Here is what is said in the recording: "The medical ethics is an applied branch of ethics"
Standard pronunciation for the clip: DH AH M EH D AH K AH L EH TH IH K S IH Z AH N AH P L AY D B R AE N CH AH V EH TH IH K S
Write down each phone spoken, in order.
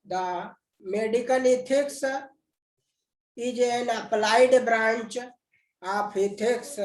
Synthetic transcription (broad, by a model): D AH M EH D AH K AH L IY T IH K S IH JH AH N AH P L AY D B R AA N CH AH P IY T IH K S